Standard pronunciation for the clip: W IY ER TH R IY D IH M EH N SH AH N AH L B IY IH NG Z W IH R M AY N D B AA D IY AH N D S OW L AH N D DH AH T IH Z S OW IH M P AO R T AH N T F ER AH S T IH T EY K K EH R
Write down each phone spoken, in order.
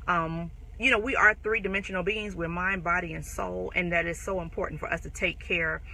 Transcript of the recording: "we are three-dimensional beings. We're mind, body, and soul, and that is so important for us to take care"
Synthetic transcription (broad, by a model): W IY ER TH R IY D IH M EH N SH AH N L B IY IH NG Z W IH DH M AY N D B AA D IY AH N S OW L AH N DH AH T IH Z S OW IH M P AO R T N T F ER AH S T IH T EY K K EH R